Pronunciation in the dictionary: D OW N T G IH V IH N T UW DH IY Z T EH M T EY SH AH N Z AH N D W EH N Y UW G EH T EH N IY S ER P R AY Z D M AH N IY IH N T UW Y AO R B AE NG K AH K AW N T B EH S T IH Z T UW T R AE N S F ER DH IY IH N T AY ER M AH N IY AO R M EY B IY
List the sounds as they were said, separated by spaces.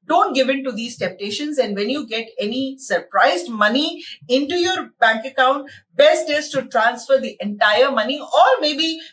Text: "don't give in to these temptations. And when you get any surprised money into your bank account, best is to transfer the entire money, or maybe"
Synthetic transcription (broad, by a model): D OW N T G IH V IH N T UW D IY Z T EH M T EY SH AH N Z AH N D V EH N Y UW G EH T EH N IY S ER P R AY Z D M AH N IY IH N T UW Y AO R B AE NG K AH K AW N T B EH S T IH S T UW T R AE N S F ER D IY IH N T AY ER M AH N IY AO R M EY B IY